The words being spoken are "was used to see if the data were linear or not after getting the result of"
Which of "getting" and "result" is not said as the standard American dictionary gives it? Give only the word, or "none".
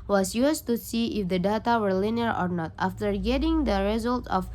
none